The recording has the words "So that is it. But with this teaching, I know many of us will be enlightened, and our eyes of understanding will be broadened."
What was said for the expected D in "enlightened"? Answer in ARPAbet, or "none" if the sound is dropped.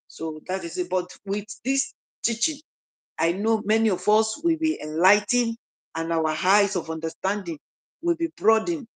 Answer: none